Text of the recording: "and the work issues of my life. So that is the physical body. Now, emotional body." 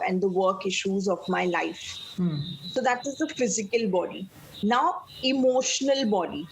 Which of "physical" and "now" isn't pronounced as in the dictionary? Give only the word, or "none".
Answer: none